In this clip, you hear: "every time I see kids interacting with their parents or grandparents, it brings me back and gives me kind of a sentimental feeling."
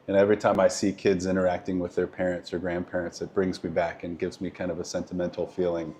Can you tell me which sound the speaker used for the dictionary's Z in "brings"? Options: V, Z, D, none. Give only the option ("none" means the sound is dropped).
Z